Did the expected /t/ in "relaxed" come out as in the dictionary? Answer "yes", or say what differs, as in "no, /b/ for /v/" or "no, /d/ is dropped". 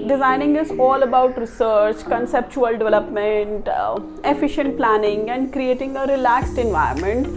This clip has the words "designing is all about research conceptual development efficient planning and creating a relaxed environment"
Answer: yes